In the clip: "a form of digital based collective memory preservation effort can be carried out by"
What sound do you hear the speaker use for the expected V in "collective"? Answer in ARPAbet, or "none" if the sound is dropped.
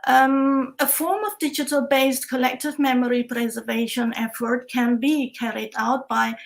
V